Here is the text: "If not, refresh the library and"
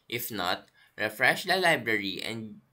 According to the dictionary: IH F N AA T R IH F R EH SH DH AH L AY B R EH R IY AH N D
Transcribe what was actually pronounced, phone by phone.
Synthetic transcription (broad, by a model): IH F N AA T R IH F R EH SH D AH L AY B R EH R IY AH N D